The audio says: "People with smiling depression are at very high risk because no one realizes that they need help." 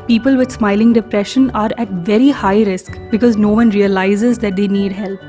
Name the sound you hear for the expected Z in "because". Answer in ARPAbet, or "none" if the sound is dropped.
Z